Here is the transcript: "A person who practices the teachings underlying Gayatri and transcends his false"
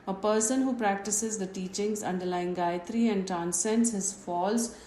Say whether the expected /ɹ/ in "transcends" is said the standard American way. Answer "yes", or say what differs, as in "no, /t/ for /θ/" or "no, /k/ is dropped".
no, /ɹ/ is dropped